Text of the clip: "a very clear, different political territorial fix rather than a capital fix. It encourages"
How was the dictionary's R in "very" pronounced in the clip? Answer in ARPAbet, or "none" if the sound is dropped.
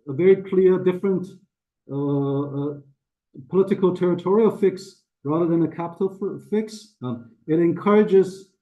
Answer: R